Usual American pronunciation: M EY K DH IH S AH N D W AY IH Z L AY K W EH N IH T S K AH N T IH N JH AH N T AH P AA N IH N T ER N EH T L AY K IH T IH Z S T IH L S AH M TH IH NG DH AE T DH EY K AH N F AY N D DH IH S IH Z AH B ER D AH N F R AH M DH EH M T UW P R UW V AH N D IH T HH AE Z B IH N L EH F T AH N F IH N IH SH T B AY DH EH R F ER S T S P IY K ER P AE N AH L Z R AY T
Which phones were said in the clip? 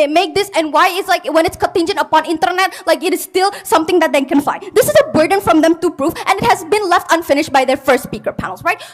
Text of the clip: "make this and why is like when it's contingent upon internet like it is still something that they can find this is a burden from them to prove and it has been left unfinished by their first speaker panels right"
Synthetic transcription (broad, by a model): M EY K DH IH S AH N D W AY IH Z L AY K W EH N IH T S K AH N T IH N JH AH N T AH P AA N IH N T ER N EH T L AY K IH T IH Z S T IH L S AH M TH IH NG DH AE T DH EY K AH N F AY D IH S IH Z AH B ER D AH N F R AH M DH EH M T UW P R UW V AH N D IH T HH AE Z B IH N L EH F T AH N F IH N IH SH T B AY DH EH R F ER S T S P IY K ER P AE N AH L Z R AY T